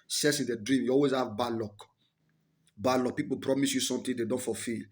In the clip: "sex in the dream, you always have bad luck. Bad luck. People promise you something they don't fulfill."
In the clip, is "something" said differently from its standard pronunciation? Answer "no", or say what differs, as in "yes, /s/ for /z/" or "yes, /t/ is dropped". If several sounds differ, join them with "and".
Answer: yes, /t/ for /θ/